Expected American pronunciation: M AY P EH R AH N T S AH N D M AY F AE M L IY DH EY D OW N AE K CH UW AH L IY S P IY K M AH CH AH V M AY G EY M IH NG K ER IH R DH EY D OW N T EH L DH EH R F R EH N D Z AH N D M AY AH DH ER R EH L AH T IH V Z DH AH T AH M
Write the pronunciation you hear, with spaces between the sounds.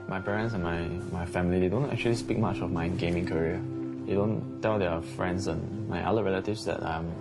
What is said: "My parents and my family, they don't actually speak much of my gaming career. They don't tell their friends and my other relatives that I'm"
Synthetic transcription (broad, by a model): M AY P EH R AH N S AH N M M AY F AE M L IY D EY D OW N AE K CH UW AH L IY S P IY K M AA CH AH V M AY G EY M IH NG K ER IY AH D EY D OW N T EH L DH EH F R EH N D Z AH N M AY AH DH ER R EH L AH T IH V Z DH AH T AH M